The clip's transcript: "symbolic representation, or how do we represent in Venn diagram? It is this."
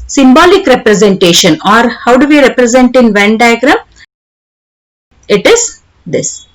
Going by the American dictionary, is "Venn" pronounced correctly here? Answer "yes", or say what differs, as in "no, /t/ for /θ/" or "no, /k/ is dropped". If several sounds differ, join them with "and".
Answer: yes